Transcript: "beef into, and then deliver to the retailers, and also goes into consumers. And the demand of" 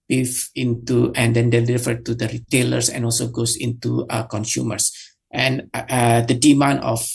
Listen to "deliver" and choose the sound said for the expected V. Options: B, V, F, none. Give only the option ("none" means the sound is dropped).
F